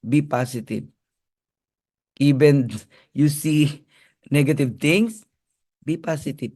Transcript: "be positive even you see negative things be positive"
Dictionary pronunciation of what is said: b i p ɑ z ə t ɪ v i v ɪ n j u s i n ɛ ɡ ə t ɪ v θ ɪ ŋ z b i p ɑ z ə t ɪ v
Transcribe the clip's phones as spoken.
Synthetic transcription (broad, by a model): b i p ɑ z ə t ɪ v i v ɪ n j u s i n ɛ ɡ ə t ɪ v t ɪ ŋ s b i p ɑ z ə t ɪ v